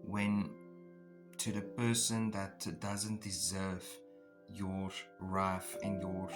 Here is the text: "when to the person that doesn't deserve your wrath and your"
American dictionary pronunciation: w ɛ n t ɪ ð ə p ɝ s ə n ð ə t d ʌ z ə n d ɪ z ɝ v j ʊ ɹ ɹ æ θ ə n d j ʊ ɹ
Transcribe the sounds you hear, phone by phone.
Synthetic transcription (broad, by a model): w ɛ n t ɪ ð ə p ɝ s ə n ð ə t d ʌ z ə n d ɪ z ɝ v j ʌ ɹ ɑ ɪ f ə n j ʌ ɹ